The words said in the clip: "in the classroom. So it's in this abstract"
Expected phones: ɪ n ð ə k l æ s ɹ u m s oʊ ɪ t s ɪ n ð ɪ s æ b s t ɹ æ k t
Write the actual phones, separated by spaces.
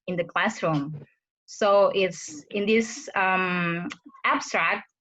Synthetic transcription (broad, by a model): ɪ n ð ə k l æ s ɹ u m s oʊ ɪ t s ɪ n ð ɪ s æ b s t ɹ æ k t